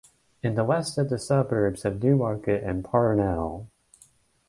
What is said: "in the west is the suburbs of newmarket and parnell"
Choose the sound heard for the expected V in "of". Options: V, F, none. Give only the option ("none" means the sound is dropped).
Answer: V